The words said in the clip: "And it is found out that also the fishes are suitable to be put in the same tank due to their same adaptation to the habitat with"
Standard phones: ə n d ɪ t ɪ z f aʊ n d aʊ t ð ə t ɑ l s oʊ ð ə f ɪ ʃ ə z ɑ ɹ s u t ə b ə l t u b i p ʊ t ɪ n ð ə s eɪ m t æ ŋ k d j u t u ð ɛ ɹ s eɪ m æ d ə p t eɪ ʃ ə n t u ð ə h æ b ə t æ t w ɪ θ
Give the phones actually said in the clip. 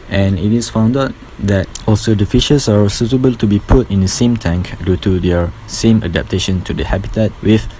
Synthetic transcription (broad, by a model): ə n ɪ t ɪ s f aʊ n d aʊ t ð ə t ɑ l s oʊ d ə f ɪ ʃ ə s ɑ ɹ s u t ə b ə l t u b i p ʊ t ɪ n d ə s eɪ m t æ ŋ k d j u t u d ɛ ɹ s eɪ m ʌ d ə p t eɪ ʃ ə n t u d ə h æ b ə t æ t w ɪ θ